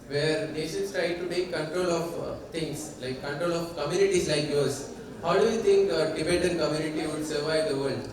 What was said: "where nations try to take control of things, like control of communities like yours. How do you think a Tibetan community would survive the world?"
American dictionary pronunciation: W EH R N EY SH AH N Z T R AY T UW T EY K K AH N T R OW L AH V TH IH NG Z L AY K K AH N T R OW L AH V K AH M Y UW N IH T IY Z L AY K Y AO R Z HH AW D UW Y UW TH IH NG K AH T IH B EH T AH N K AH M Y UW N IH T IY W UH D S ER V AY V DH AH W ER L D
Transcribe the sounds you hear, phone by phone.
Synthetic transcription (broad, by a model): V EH R N EY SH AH N S T R AY T UW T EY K K AH N T R OW L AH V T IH NG S L AY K K AH N T R OW L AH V K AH M Y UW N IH T IY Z L AY K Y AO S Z HH AW D UW Y UW T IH NG K AH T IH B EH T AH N K AH M Y UW N IH T IY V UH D S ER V AY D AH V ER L D